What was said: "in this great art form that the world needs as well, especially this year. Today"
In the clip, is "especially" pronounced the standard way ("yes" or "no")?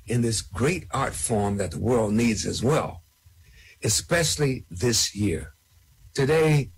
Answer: yes